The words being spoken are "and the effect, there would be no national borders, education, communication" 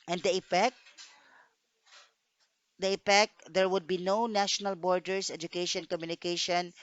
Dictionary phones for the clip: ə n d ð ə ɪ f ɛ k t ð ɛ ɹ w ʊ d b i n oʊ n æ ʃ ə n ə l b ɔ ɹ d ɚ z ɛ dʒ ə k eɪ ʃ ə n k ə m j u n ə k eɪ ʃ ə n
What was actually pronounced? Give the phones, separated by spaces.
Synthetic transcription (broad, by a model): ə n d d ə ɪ p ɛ k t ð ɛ ɹ w ʊ d b i n oʊ n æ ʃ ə n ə l b ɔ ɹ d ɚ s ɛ dʒ ə k eɪ ʃ ə n k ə m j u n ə k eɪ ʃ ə n